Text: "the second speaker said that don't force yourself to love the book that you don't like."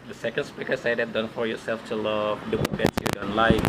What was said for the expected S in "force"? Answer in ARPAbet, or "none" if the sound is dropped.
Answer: none